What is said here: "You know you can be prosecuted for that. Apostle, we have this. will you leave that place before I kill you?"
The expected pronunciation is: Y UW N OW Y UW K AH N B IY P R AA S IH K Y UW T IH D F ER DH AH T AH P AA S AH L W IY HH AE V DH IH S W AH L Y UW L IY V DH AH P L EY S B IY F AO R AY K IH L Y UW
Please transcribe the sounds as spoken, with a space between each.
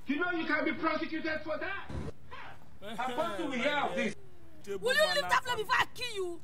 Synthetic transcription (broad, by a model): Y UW N OW Y UW K AH N B IY P R AA S IH K Y UW T IH D F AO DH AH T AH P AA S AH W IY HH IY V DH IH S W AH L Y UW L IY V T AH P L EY B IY F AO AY K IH Y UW